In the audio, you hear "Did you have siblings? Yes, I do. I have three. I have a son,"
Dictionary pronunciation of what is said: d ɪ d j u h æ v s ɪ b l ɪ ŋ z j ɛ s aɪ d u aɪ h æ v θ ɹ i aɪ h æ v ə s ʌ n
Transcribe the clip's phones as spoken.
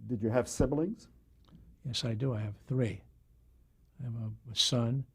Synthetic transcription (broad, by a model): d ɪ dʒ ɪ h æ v s ɪ b l ɪ ŋ z j ɛ s aɪ d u aɪ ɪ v θ ɹ i aɪ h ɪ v ə s ʌ n